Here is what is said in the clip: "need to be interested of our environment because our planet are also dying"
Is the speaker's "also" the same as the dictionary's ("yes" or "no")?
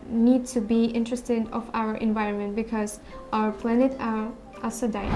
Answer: no